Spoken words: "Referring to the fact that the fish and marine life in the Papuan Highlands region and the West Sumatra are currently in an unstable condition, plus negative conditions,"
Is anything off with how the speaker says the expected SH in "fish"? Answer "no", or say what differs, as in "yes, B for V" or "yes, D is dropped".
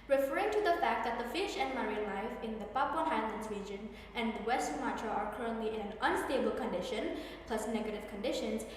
no